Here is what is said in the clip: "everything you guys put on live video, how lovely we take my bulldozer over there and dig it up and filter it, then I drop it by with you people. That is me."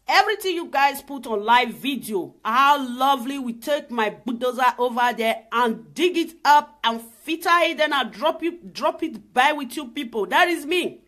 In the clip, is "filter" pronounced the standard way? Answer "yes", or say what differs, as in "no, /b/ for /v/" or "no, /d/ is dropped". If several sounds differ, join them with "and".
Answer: no, /l/ is dropped